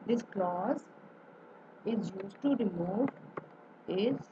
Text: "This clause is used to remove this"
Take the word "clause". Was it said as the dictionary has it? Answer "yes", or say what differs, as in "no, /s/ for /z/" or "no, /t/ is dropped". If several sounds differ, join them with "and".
yes